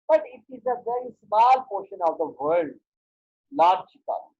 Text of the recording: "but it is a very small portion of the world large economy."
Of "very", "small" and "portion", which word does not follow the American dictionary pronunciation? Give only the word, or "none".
none